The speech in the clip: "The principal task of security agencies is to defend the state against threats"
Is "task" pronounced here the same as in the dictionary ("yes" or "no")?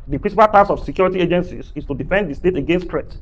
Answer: no